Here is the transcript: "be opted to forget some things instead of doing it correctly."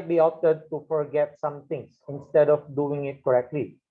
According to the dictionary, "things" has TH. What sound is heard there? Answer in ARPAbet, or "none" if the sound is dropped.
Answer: T